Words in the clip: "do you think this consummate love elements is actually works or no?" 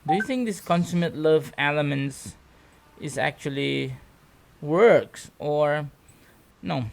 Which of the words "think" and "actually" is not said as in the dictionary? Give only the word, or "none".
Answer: none